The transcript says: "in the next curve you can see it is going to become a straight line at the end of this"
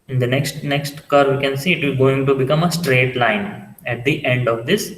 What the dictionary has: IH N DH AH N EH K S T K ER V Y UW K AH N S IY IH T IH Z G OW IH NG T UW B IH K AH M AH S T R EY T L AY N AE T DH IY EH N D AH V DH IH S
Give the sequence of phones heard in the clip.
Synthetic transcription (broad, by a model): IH N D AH N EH K S T K ER V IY K AH N S IY IH T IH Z G OW IH NG T UW B IH K AH M AH S T R EY T L AY N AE T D IY EH N D AH V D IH S